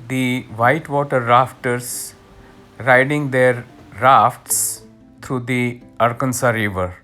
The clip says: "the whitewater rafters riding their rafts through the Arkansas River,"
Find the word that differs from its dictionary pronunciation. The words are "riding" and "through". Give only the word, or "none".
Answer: through